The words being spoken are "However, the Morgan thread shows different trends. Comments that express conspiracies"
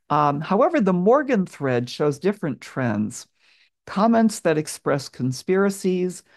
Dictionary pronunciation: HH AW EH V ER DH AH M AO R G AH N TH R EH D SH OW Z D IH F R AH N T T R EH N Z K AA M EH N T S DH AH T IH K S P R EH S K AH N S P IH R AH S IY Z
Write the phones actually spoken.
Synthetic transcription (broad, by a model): HH AW EH V ER DH AH M AO R G AH N TH R EH D SH OW Z D IH F R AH N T T R EH N Z K AA M EH N T S DH AH T IH K S P R EH S K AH N S P IH R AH S IY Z